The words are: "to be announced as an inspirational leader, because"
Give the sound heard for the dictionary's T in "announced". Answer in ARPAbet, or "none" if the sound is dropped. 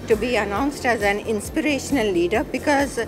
T